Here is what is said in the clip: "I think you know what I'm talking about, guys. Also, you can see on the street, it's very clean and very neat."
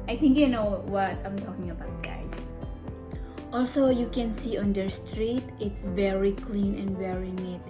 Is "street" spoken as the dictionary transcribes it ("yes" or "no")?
yes